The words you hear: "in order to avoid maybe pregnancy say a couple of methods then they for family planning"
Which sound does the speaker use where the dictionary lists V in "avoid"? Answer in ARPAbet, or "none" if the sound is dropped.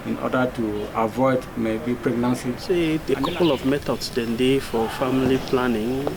V